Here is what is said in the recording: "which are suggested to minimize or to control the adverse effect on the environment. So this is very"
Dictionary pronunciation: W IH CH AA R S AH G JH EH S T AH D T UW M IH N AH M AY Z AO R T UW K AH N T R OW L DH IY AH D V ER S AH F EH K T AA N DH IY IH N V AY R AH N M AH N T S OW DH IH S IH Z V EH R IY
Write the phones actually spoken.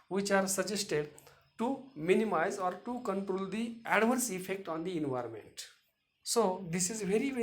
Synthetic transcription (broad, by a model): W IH CH AA R S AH JH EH S T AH D T UW M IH N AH M AY Z AO R T UW K AH N T R OW L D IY AH D V ER S AH F EH K T AA N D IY IH N V AY R AH N M AH N T S OW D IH S IH Z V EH R IY